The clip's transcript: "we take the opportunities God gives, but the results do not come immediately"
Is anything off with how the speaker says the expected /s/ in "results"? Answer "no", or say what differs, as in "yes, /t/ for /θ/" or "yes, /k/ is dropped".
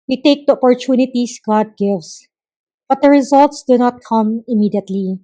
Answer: no